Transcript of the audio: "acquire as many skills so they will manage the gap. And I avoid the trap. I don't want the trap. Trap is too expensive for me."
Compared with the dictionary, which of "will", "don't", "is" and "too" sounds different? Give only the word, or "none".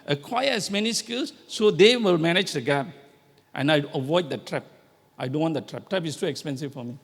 is